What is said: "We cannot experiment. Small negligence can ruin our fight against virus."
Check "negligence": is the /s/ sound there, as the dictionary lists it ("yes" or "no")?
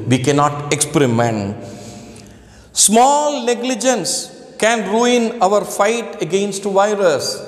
yes